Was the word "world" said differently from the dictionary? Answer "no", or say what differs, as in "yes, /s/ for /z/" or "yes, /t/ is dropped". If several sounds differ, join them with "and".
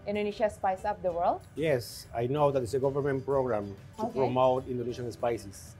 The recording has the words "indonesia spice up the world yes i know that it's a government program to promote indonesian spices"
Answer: no